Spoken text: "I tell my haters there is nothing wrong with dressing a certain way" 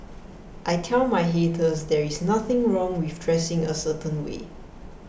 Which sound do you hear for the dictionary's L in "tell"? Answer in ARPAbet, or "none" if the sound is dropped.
N